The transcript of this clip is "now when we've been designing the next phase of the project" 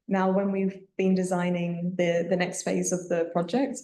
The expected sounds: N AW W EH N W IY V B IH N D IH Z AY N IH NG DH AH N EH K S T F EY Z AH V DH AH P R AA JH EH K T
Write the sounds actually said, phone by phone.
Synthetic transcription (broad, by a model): N AW W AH N W IY V B IH N D IH Z AY N IH NG DH AH N EH K S T F EY Z AH V DH AH P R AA JH EH K T